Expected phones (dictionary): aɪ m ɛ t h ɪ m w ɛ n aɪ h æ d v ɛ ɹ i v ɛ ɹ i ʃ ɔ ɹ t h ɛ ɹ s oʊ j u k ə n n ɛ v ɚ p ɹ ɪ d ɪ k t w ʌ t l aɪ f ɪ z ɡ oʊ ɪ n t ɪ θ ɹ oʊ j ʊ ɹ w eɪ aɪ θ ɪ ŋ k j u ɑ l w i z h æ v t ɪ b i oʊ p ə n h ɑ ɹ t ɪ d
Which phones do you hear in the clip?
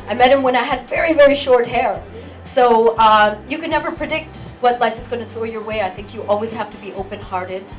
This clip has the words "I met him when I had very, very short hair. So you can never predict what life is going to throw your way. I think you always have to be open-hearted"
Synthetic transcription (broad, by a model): aɪ m ɛ t h ɪ m w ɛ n aɪ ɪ d v ɛ ɹ i v ɛ ɹ i ʃ ɔ ɹ t h ɛ ɹ s oʊ j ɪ k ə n n ɛ v ɚ p ɹ ɪ d ɪ k t w ʌ t l aɪ f ɪ z ɡ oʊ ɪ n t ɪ θ ɹ oʊ j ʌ ɹ w eɪ aɪ θ ɪ ŋ k j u ɑ l w i z h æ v t ɪ b i oʊ p ə n h ɑ ɹ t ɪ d